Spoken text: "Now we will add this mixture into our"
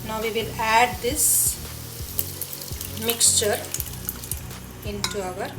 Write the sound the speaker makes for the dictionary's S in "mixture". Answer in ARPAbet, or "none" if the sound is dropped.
S